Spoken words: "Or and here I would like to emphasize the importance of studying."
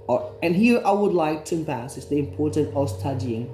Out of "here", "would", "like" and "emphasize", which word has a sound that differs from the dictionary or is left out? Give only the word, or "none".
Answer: emphasize